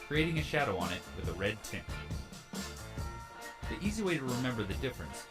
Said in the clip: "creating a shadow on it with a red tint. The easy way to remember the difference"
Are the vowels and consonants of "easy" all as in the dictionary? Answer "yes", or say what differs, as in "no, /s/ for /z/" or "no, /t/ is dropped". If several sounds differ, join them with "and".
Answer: yes